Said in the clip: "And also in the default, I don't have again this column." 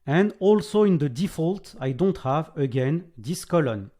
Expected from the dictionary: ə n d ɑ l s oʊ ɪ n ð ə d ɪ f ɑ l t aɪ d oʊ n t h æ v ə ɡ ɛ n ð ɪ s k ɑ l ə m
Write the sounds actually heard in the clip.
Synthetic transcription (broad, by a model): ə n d ɑ l s oʊ ɪ n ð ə d ɪ f ɑ l t aɪ d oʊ n t h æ v ə ɡ ɛ n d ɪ s k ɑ l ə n